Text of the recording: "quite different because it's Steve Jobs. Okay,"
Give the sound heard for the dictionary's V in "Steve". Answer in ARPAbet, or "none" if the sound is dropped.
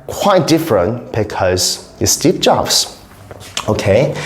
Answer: P